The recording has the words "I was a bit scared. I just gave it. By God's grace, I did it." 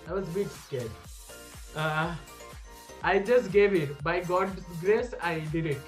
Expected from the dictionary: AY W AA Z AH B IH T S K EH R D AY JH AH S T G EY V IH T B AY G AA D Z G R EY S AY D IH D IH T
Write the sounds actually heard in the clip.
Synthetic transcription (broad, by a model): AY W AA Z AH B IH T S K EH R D AY JH AH S T G EY V IH T B AY G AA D G R EY S AY D IH D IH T